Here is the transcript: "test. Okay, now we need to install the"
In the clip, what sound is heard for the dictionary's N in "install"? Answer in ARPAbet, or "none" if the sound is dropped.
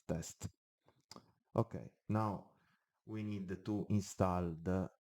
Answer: N